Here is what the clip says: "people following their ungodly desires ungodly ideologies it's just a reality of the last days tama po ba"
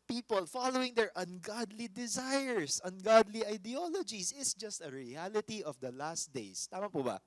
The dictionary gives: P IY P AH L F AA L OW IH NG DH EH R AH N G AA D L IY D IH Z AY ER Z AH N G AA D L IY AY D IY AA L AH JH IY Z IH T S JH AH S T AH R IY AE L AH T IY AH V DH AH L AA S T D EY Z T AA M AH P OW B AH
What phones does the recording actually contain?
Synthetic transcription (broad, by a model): P IY P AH L F AA L OW IH NG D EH R AH N G AA D L IY D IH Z AY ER S AH N G AA D L IY AY D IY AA L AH JH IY S IH T S JH AH S T AH R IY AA L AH T IY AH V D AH L AA S T D EY S T AA M AH P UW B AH